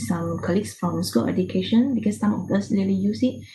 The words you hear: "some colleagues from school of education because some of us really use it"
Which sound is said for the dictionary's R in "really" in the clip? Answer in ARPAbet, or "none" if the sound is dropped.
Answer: L